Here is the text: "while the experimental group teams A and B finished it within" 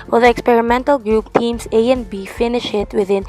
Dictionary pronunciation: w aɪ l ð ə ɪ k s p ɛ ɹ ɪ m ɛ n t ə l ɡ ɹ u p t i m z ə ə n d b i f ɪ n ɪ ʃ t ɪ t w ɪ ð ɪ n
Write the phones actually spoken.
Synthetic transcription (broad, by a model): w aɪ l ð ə ɪ k s p ɛ ɹ ɪ m ɛ n t ə l ɡ ɹ u p t i m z ə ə n b i f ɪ n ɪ ʃ ɪ t w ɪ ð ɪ n